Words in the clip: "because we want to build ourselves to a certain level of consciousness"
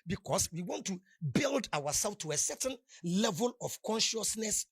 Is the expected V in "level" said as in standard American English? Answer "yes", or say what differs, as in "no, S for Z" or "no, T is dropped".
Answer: yes